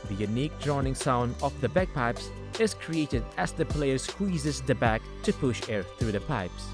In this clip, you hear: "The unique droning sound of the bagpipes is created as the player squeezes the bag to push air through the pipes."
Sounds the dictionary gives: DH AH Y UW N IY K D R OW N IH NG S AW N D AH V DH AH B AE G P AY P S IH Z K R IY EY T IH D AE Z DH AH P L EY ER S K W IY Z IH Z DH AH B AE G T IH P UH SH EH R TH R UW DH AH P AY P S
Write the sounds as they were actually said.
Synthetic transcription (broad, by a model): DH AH Y UW N IY K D R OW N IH NG S AW N D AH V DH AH B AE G P AY P S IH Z K R IY EY T IH D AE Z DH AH P L EY ER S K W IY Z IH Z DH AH B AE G T IH P UH SH EH R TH R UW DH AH P AY P S